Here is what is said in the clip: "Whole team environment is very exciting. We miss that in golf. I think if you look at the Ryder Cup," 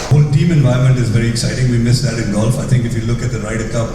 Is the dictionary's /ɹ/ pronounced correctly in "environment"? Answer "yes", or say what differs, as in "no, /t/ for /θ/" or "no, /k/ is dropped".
no, /ɹ/ is dropped